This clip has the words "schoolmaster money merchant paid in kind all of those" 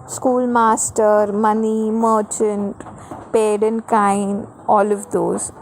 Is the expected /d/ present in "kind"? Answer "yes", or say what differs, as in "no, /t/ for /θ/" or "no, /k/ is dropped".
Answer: no, /d/ is dropped